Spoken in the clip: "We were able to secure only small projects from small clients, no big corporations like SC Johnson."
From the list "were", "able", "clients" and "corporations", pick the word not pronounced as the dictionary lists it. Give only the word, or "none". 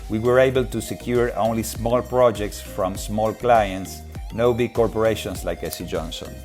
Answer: corporations